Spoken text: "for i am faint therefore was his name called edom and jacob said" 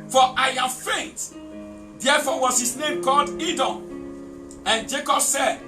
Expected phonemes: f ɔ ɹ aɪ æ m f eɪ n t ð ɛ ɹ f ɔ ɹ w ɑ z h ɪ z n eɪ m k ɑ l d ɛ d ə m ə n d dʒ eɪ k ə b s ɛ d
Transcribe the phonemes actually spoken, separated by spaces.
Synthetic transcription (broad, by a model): f ɔ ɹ aɪ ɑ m f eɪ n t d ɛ f ɔ w ɑ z h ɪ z n eɪ m k ɑ l d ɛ d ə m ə n dʒ eɪ k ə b s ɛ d